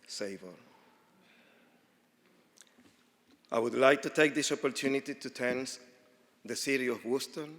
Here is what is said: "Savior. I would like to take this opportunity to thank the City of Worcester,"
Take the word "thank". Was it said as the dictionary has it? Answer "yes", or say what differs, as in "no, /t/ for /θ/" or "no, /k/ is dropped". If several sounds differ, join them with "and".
no, /t/ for /θ/